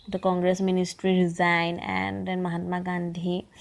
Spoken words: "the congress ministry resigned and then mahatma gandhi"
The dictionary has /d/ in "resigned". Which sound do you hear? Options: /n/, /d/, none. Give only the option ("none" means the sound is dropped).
none